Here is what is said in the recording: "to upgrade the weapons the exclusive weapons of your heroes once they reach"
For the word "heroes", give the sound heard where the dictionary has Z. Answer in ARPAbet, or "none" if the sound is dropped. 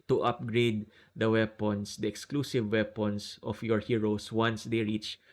S